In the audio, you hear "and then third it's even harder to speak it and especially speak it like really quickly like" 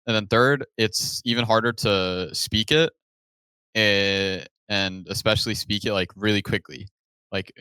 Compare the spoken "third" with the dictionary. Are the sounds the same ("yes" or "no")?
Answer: yes